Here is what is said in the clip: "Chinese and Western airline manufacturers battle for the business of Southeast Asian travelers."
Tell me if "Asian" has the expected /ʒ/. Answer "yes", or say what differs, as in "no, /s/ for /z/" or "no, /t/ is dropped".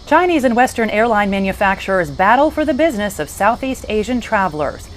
yes